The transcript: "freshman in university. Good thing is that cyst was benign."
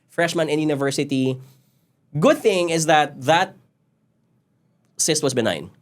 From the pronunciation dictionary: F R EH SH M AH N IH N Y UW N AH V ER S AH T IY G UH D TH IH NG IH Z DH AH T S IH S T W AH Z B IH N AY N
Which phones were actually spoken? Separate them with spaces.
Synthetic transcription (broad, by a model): F R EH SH M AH N IH N Y UW N AH V ER S AH T IY G UH D TH IH NG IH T DH AH T S IH S T W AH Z B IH N AY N